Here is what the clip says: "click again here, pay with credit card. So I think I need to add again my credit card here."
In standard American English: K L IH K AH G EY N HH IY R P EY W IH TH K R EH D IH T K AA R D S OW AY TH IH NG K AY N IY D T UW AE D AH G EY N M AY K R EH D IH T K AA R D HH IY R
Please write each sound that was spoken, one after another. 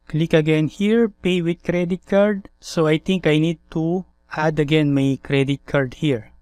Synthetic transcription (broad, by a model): K L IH K AH G EY N HH IY R P EY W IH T K R EH D IH T K AA R D S OW AY T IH NG K AY N IY D T UW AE D AH G EY N M AY K R EH D IH T K AA R D HH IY R